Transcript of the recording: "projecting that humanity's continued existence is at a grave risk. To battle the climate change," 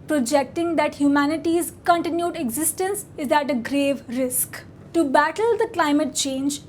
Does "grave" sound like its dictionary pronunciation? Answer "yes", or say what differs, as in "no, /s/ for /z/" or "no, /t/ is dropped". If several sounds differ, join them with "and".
yes